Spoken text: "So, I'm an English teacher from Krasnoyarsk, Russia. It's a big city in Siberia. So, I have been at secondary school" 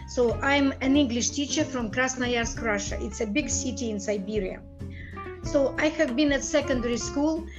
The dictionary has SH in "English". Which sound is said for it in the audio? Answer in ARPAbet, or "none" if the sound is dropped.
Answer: SH